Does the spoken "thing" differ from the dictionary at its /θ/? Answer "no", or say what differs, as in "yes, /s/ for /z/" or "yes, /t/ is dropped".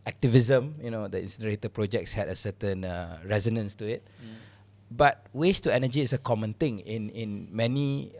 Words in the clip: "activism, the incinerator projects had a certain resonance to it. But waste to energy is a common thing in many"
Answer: yes, /t/ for /θ/